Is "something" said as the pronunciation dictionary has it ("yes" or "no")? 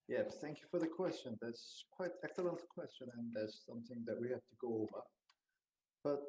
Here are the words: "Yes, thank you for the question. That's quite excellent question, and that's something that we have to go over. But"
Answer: yes